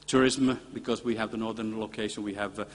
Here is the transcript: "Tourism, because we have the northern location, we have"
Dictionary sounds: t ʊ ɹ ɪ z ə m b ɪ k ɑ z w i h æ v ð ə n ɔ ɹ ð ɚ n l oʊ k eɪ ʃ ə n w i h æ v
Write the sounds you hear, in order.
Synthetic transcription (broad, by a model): t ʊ ɹ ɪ z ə m b ɪ k ɑ z w i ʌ v ð ə n ɔ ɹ ð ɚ n l oʊ k eɪ ʃ ə n w i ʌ v